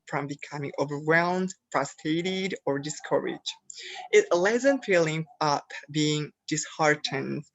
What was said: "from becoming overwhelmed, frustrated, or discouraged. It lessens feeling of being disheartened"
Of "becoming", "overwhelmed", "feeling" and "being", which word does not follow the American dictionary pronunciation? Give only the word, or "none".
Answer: none